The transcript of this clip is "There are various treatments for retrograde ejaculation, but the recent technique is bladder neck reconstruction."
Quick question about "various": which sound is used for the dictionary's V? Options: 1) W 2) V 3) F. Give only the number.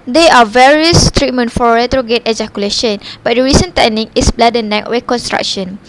2